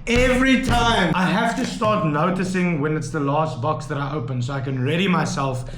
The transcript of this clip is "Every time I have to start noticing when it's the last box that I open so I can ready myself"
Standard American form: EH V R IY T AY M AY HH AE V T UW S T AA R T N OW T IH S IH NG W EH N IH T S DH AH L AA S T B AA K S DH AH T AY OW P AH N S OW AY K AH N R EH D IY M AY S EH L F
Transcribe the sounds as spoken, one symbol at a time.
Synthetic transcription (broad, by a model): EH V R IY T AY M AY HH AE F T UW S T AA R T N OW T IH S IH NG W EH N IH T S DH AH L AA S T B AA K S DH AH T AY OW P AH N S OW AY K AH N R EH D IY M AY S EH L F